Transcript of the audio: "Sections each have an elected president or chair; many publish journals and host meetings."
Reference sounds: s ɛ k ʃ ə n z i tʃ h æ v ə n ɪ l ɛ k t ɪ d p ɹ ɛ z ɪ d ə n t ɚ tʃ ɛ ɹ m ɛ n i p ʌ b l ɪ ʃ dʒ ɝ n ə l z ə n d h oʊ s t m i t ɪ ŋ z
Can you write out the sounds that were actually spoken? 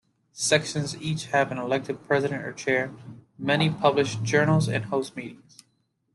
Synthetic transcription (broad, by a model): s ɛ k ʃ ə n z i tʃ h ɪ v ə n ɪ l ɛ k t ɪ d p ɹ ɛ z ɪ d ə n t ɚ tʃ ɛ ɹ m ɛ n i p ʌ b l ɪ ʃ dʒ ɝ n l z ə n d h oʊ s t m i t ɪ ŋ z